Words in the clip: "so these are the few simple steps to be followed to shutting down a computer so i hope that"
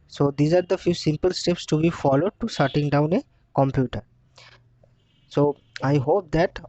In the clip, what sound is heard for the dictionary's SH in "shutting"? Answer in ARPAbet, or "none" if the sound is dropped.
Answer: S